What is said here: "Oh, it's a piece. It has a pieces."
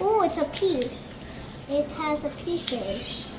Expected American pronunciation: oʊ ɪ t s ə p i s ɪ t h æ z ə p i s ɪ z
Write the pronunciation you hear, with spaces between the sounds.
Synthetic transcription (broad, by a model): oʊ ɪ t s ə p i ɪ t h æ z ə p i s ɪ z